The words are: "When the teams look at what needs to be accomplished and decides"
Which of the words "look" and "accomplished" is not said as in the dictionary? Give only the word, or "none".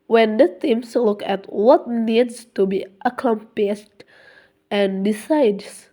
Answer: accomplished